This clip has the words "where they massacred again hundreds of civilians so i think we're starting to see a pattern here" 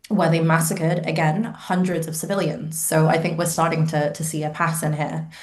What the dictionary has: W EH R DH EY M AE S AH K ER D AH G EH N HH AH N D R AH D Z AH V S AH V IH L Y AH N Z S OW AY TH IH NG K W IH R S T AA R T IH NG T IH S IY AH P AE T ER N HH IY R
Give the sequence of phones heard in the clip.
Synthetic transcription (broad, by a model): W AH R DH EY M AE S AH K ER D AH G EH N HH AH N D R AH D Z AH V S AH V IH L Y AH N Z S OW AY TH IH NG K W IH R S T AA R T IH NG T IH S IY AH P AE S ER N HH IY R